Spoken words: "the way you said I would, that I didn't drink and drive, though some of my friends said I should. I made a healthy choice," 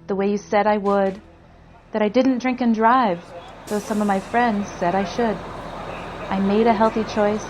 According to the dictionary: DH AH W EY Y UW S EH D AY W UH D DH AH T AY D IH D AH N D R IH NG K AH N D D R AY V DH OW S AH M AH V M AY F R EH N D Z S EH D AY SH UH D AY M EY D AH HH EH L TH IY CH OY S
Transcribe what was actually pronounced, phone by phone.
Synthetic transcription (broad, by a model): DH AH W EY Y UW S EH D AY W UH D DH AH T AY D IH D N D R IH NG K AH N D D R AY V DH OW S AH M AH V M AY F R EH N D Z S EH D AY SH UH D AY M EY D AH HH EH L TH IY CH OY S